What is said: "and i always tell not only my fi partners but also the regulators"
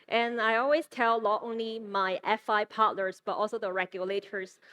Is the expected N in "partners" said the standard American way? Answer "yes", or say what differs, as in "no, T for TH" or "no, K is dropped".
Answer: no, L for N